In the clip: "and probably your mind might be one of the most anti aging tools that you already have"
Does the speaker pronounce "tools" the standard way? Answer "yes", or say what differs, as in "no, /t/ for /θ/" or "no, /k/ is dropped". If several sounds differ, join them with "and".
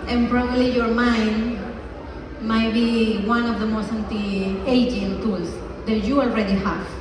no, /s/ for /z/